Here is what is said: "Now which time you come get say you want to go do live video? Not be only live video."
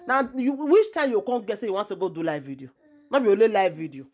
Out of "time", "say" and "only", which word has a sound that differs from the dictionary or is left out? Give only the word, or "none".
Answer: only